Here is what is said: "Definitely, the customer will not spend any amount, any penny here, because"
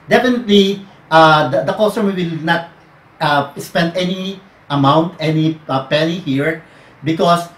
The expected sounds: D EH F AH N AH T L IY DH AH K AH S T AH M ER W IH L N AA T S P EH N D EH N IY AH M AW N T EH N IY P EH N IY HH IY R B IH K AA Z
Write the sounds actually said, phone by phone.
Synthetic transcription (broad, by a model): D EH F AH N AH T L IY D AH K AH S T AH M W IH L N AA T S P EH N D EH N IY AH M AW N T EH N IY P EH L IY HH IY R B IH K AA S